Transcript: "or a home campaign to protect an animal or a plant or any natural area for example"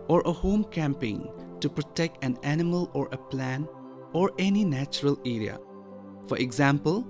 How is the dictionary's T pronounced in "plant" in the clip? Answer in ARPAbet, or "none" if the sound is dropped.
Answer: none